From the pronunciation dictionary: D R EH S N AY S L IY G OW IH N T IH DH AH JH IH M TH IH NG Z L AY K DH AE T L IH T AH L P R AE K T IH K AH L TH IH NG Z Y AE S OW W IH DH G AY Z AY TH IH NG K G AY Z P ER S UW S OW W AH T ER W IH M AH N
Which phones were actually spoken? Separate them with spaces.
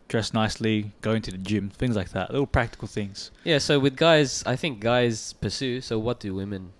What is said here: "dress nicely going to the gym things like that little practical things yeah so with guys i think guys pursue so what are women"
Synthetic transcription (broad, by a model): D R EH S N AY S L IY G OW IH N T IH DH AH JH IH M TH IH NG Z L AY K DH AE T L IH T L P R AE K T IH K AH L TH IH NG Z Y AE S OW W IH DH G AY Z AY TH IH NG K G AY Z P ER S UW S OW W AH T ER W IH M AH N